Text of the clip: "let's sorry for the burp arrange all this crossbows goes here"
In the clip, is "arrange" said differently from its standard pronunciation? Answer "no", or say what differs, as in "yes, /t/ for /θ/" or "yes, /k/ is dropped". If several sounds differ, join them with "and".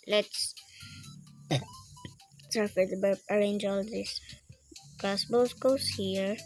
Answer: no